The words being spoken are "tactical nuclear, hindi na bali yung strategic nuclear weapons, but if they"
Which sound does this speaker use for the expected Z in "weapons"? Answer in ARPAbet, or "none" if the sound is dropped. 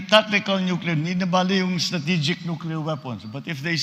S